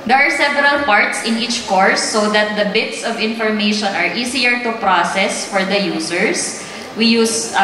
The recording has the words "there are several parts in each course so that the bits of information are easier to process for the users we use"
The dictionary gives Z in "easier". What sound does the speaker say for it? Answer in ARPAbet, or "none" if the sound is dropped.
S